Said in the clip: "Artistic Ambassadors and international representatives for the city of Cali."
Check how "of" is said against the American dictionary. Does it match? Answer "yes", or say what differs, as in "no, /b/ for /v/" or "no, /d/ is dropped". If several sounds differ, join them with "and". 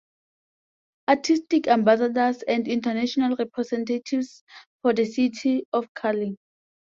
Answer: no, /f/ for /v/